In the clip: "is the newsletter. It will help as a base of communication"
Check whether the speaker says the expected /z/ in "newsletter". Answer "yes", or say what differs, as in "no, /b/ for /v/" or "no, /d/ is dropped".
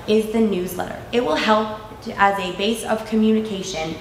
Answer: yes